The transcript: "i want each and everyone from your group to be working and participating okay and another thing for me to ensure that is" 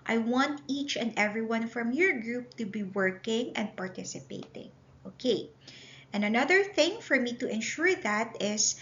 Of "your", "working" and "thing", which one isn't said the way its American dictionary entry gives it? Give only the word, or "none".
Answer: none